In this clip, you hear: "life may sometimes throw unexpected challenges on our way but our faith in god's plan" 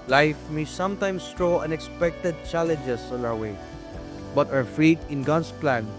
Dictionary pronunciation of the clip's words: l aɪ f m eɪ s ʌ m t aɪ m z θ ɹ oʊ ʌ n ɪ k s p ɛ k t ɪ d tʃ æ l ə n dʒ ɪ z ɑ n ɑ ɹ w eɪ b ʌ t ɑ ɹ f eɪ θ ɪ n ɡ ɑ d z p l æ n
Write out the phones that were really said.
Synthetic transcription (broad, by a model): l aɪ f m eɪ s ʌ m t aɪ m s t ɹ oʊ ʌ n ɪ k s p ɛ k t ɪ d tʃ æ l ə n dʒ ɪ s ɑ n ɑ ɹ w eɪ b ʌ t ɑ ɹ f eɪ t ɪ n ɡ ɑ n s p l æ n